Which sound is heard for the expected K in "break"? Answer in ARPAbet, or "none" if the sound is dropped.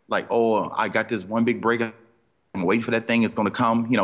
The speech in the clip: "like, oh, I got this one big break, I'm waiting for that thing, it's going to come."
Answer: none